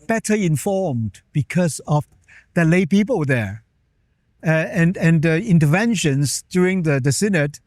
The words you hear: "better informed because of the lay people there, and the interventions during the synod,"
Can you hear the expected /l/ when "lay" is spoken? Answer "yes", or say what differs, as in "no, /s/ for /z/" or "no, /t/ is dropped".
yes